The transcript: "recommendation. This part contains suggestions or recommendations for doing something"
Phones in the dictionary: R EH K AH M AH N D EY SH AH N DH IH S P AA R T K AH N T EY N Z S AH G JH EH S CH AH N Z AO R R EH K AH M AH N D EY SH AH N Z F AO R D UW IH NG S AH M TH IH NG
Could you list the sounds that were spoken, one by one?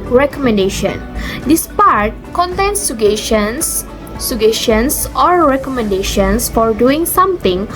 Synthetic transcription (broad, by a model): R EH K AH M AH N D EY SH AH N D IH S P AA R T K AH N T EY N S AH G SH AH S SH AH N S AO R R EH K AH M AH N D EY SH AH N S F AO R D UW IH NG S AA M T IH NG